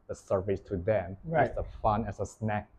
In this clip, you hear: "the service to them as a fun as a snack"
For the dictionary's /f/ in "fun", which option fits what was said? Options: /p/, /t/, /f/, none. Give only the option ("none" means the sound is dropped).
/f/